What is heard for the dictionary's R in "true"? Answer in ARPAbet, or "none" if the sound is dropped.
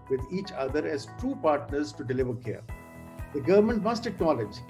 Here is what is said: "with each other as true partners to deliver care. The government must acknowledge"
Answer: none